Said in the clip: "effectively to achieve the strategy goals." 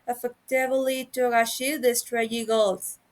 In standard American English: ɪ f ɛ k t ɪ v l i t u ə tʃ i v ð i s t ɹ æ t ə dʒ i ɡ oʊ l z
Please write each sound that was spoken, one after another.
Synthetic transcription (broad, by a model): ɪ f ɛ k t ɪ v l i t u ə ʃ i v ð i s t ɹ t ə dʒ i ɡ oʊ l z